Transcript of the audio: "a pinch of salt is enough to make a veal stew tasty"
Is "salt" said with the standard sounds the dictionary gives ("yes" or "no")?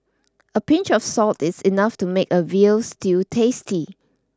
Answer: yes